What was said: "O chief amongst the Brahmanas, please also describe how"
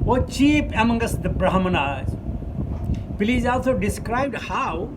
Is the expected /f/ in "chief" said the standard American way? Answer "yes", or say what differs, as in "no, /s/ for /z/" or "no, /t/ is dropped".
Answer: no, /p/ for /f/